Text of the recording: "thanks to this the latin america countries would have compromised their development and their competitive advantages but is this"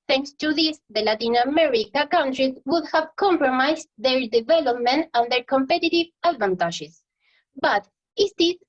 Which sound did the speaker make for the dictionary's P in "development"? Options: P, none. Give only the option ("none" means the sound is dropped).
P